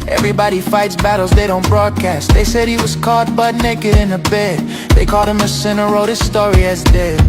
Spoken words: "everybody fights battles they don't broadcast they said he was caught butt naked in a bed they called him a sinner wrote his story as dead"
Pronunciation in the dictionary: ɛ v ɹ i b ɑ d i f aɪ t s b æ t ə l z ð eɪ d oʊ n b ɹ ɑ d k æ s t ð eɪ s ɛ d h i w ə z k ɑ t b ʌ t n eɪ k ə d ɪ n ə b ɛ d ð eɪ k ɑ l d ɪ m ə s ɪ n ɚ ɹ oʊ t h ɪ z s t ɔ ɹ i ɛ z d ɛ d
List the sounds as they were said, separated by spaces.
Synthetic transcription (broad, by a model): ɛ v ɹ i b ɑ d i f aɪ t s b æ t l z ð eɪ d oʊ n b ɹ ɑ d k æ s t ð eɪ s ɛ d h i w ə z k ɑ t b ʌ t n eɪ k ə d ɪ n ə b ɛ d ð eɪ k ɑ l d ɪ m ə s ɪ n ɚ ɹ oʊ t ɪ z s t ɔ ɹ i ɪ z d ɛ